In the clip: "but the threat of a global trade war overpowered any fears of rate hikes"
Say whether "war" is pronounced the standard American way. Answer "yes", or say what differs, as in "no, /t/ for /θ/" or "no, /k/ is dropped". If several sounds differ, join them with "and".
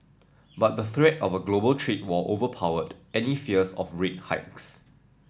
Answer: no, /l/ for /ɹ/